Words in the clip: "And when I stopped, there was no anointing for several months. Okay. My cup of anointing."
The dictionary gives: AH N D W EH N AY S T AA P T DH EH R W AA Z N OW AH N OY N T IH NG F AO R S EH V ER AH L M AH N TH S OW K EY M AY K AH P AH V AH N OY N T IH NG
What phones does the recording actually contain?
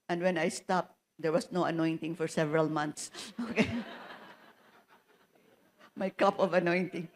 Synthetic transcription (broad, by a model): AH N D W EH N AY S T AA P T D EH R W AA S N OW AH N OY N T IH NG F AO R S EH V ER AH L M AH N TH S OW K EY M AY K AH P AH V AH N OY N T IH NG